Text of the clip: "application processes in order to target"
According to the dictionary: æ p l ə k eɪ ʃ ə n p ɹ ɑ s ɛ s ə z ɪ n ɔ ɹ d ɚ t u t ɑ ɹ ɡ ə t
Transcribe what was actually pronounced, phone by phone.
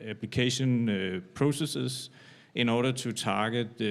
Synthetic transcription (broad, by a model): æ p l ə k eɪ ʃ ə n p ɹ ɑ s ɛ s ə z ɪ n ɔ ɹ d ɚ s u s ɑ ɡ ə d